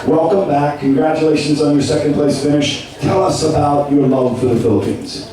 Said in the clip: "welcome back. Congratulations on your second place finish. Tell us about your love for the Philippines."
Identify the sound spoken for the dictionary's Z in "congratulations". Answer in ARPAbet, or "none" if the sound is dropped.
Z